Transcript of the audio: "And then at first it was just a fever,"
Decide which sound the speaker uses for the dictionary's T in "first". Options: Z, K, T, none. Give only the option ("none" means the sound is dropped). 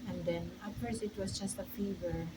none